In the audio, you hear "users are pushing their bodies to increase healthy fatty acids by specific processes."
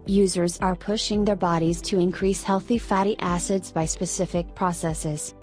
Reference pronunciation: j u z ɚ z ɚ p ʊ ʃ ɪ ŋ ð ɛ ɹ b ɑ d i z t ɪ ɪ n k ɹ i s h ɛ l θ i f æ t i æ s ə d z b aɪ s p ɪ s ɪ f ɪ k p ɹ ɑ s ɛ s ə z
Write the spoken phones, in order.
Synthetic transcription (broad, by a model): j u z ɚ z ɚ p ʊ ʃ ɪ ŋ ð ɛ ɹ b ɑ d i z t ɪ ɪ n k ɹ i s h ɛ l θ i f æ t i æ s ə d z b aɪ s p ɪ s ɪ f ɪ k p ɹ ɑ s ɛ s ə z